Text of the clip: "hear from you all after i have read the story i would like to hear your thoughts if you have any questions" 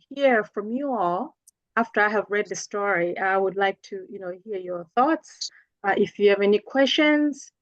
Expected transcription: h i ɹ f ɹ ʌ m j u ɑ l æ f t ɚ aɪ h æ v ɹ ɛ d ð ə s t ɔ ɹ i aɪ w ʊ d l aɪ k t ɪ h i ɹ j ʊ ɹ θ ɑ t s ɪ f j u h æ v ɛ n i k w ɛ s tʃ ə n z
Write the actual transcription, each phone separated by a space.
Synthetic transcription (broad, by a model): h i ɹ f ɹ ʌ m j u ɑ l æ f t ɚ aɪ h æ v ɹ ɛ d ð ə s t ɔ ɹ i aɪ w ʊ d l aɪ k t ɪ h i ɹ j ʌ ɹ θ ɑ t s ɪ f j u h v ɛ n i k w ɛ s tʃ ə n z